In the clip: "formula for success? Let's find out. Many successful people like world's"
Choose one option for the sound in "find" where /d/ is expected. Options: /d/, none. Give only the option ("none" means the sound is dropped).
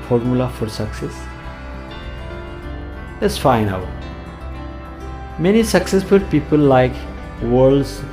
none